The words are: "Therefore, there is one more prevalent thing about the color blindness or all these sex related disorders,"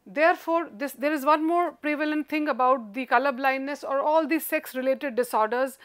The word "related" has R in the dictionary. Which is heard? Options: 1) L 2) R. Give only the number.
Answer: 2